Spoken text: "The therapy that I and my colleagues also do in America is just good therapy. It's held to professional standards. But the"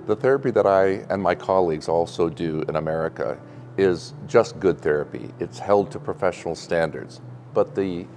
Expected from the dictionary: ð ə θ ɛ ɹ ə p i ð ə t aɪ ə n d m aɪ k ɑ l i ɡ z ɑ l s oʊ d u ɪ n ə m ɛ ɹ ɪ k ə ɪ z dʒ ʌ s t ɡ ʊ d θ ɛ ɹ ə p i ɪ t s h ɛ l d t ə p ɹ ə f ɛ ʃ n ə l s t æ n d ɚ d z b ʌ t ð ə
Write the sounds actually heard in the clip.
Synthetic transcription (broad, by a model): ð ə θ ɛ ɹ ə p i ð ə t aɪ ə n m aɪ k ɑ l i ɡ z ɑ l s oʊ d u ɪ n ə m ɛ ɹ ɪ k ə ɪ z dʒ ʌ s t ɡ ʊ d θ ɛ ɹ ə p i ɪ t s h ɛ l d t ə p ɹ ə f ɛ ʃ n l s t æ n d ɚ d z b ʌ t ð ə